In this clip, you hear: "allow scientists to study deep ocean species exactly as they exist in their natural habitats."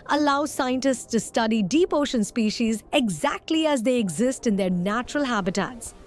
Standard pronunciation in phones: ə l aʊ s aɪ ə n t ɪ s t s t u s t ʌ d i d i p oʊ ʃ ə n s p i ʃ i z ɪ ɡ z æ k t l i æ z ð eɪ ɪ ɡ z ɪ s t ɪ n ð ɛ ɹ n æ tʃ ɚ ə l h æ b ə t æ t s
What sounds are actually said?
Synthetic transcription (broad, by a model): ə l aʊ s aɪ ə n t ɪ s t s t u s t ʌ d i d i p oʊ ʃ ə n s p i ʃ i z ɪ ɡ z æ k t l i æ z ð eɪ ɪ ɡ z ɪ s t ɪ n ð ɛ ɹ n æ tʃ ɚ ə l h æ b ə t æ t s